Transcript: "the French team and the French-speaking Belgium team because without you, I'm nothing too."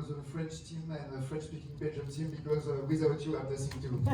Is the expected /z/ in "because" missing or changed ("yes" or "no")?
no